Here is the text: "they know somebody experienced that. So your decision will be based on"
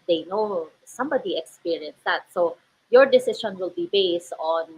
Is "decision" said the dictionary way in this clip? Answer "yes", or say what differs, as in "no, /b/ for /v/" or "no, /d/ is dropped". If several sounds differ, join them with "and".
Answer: no, /ʃ/ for /ʒ/